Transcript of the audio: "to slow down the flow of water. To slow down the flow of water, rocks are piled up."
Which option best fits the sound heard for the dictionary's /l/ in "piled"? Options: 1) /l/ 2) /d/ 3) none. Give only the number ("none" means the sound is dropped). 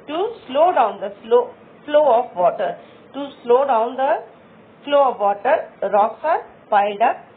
3